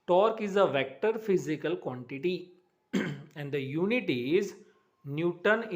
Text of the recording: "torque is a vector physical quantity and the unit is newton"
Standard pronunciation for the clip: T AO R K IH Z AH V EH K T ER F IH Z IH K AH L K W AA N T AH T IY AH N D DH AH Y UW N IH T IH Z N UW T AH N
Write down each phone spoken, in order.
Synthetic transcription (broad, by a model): T AO R K IH Z AH V EH K T ER F IH Z IH K AH L K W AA N T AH T IY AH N D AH Y UW N IH T IH Z N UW T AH N